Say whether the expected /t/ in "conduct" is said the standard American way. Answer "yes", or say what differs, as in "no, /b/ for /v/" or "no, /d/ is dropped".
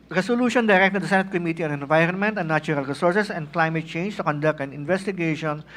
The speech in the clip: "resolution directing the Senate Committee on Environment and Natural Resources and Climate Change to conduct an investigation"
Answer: yes